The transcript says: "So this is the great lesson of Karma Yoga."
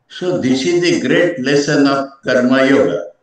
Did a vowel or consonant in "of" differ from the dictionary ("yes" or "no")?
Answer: yes